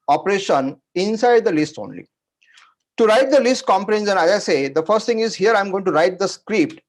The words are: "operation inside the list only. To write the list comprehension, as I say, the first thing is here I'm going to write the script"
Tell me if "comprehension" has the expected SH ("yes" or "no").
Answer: no